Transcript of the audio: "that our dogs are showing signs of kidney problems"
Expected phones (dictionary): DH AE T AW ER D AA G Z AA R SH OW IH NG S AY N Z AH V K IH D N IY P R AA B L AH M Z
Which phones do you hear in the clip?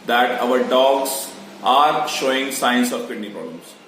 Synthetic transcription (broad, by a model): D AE T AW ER D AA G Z AA R SH OW IH NG S AY N S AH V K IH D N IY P R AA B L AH M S